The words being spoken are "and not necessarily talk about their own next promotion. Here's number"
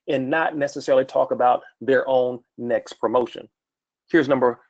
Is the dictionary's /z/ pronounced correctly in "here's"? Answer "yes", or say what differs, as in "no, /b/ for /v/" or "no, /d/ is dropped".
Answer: yes